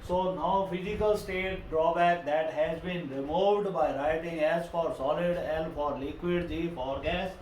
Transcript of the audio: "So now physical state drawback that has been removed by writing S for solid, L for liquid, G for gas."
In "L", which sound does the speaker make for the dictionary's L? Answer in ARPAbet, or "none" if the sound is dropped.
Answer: N